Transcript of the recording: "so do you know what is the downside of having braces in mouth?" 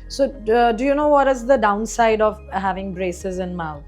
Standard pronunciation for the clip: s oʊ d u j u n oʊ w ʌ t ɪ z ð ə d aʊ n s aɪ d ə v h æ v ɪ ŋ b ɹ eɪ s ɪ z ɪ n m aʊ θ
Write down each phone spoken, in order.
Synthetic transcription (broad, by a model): s oʊ d u j u n oʊ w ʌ t ɪ z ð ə d aʊ n s aɪ d ə v h æ v ɪ ŋ b ɹ eɪ s ɪ z ɪ n m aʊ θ